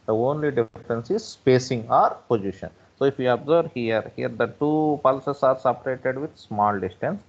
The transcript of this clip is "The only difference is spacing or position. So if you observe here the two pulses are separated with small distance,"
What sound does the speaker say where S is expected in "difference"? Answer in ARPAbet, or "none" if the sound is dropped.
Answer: S